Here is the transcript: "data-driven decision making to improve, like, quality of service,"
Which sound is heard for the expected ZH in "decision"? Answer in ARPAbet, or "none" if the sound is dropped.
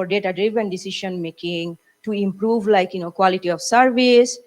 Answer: SH